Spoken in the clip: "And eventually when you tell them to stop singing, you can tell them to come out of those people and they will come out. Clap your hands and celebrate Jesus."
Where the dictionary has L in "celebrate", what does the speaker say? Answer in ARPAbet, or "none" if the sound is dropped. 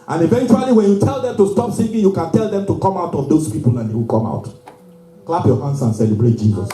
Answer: L